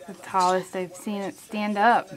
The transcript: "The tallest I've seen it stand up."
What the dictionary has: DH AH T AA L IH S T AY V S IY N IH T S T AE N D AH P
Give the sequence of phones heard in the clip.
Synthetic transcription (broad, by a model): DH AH T AA L IH S T AY V S IY N IH T S T AE N D AH P